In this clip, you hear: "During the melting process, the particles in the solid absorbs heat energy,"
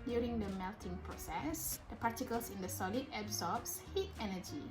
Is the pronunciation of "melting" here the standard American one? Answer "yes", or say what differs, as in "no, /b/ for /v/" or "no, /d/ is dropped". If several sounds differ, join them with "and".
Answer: yes